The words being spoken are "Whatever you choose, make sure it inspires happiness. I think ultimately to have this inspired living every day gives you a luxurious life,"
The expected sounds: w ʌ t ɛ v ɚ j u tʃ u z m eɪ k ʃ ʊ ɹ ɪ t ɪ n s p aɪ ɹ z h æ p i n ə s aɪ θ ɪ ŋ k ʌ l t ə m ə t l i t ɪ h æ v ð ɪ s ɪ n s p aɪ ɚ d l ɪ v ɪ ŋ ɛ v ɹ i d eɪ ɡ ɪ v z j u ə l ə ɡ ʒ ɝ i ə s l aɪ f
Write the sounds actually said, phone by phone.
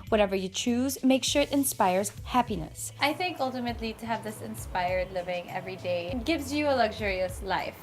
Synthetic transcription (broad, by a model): w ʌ t ɛ v ɚ j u tʃ u z m eɪ k ʃ ʊ ɹ ɪ t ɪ n s p aɪ ɹ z h æ p i n ə s aɪ θ ɪ ŋ k ʌ l t ə m ə t l i t ɪ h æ v ð ɪ s ɪ n s p aɪ ɚ d l ɪ v ɪ ŋ ɛ v ɹ i d eɪ ɡ ɪ v z j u ə l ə ɡ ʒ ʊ i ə s l aɪ f